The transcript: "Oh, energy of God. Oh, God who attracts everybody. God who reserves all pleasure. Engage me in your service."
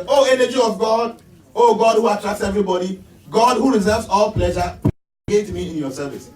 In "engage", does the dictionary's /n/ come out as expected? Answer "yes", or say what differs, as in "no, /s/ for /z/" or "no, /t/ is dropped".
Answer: no, /n/ is dropped